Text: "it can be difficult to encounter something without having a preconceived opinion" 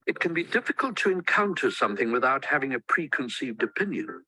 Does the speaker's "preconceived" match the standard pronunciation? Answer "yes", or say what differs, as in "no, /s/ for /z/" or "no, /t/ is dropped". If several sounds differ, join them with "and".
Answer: yes